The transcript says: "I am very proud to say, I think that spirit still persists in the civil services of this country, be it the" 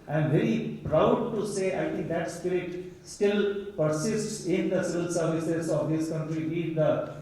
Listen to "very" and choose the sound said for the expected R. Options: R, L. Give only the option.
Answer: R